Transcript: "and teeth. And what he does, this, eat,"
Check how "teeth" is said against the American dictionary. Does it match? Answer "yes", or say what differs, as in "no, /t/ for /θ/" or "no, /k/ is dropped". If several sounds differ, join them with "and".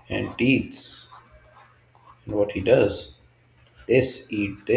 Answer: no, /s/ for /θ/